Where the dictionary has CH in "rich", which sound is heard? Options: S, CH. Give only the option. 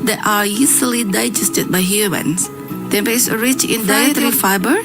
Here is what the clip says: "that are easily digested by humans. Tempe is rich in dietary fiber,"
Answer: CH